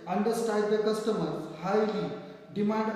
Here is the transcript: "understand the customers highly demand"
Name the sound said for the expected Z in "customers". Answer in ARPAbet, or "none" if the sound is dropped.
none